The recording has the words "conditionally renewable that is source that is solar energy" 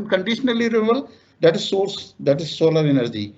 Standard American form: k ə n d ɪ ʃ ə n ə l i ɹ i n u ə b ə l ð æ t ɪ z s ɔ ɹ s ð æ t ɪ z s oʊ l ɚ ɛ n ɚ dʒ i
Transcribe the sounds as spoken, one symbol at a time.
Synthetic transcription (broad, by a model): k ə n d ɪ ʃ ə n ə l i ɹ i u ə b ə l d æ t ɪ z s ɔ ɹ s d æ t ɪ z s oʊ l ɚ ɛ n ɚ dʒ i